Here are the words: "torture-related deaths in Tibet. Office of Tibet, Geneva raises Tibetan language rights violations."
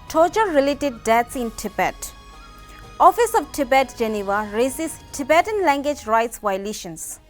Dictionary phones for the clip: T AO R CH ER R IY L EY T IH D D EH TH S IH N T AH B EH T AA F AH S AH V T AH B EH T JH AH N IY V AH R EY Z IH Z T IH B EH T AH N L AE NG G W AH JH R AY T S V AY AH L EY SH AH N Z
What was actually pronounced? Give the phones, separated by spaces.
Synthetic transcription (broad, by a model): T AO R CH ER R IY L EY T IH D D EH T S IH N T AH B EH T AA F AH S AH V T AH B EH T JH AH N IY V AH R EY S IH S T IH B EH T AH N L AE NG G W AH JH R AY T S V AY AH L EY SH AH N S